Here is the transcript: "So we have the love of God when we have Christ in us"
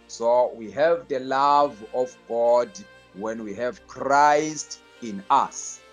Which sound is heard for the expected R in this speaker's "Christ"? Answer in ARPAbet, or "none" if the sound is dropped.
R